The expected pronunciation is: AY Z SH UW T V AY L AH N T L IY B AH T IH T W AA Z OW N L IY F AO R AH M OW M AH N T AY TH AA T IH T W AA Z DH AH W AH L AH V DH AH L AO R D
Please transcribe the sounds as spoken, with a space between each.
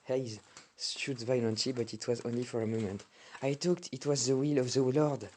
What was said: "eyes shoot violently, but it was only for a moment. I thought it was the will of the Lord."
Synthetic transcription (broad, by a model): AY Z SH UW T V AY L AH N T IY B AH T IH T W AA Z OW N L IY F AO R AH M OW M AH N T AY T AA T IH T W AA Z DH AH W AH L AH V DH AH L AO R D